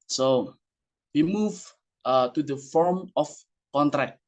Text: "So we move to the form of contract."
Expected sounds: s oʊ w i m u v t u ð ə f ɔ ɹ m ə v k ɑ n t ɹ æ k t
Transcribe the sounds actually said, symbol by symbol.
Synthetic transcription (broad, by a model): s oʊ w i m u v t u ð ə f ɔ ɹ m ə f k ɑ n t ɹ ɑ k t